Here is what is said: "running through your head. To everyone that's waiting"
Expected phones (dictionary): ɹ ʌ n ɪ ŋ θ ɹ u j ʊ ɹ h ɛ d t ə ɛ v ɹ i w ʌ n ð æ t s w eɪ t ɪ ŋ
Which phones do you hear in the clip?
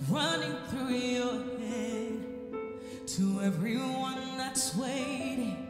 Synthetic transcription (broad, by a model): ɹ ʌ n ɪ ŋ θ ɹ u j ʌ ɹ h ɛ d t ə ɛ v ɹ i w ʌ n ð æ t s w eɪ ɪ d